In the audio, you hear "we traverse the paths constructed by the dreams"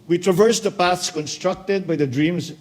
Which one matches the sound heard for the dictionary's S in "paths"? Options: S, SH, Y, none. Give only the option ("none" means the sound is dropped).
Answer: S